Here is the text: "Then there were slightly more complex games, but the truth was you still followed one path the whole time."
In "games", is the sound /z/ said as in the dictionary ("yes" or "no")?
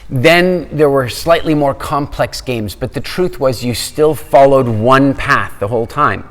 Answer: yes